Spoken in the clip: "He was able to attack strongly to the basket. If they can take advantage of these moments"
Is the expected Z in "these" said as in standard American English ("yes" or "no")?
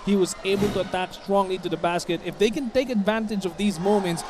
yes